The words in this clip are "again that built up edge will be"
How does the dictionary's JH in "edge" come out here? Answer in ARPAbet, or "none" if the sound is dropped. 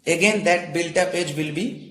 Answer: JH